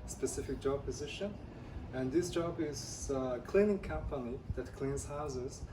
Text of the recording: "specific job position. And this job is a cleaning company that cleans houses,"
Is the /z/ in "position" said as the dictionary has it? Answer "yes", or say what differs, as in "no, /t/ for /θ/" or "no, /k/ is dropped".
yes